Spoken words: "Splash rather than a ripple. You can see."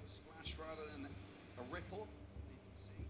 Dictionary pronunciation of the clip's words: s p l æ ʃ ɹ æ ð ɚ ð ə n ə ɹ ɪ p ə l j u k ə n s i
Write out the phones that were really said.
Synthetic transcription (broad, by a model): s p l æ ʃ ɹ æ ð ɚ ð ə n ə ɹ ɪ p l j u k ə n s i